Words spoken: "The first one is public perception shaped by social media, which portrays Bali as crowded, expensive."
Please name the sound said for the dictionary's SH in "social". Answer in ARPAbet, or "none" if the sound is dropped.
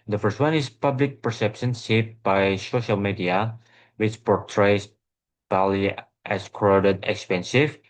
SH